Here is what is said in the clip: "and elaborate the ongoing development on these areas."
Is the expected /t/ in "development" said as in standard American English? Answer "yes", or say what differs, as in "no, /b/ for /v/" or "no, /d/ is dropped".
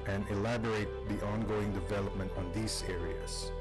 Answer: yes